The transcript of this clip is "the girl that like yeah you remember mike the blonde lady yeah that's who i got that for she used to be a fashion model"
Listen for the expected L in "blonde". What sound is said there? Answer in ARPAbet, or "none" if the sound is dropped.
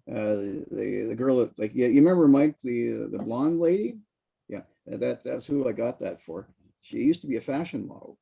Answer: L